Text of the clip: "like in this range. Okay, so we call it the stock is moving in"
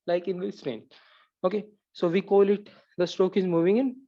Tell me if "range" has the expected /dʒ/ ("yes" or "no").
no